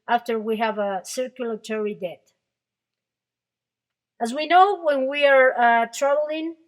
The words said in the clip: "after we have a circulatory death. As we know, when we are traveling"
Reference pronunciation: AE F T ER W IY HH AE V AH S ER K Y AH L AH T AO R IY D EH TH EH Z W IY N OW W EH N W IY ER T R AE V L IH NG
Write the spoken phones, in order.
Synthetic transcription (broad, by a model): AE F T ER W IY HH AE V AH S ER K Y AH L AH T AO R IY D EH T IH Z W IY N OW W EH N W IY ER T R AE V L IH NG